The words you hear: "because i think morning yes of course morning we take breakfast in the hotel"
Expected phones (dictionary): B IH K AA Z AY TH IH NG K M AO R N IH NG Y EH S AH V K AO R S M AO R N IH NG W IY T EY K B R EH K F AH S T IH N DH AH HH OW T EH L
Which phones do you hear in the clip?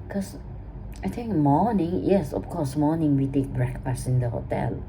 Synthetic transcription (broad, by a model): K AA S AY T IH NG K M AO N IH NG Y EH S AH F K AO S M AO N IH NG W IY T EY K B R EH K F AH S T IH N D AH HH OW T EH L